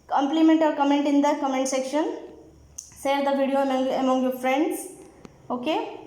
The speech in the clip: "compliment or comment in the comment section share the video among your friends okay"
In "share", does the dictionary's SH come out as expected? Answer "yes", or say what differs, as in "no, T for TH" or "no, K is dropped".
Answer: no, S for SH